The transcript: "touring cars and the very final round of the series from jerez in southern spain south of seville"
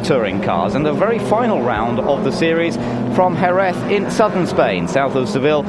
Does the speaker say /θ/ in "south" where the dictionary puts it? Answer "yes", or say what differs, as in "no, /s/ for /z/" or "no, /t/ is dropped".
yes